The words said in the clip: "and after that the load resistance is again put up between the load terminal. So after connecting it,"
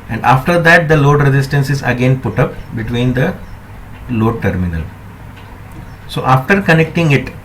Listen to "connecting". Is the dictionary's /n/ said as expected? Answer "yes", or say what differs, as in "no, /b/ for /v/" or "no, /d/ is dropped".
yes